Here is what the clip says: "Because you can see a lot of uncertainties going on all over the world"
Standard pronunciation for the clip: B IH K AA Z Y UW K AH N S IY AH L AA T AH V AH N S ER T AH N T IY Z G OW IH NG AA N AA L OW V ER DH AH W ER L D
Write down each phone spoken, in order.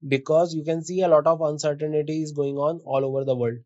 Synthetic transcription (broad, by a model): B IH K AA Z Y UW K AH N S IY AH L AA T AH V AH N S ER T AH N T IY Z G OW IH NG AA N AA L OW V ER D AH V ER L D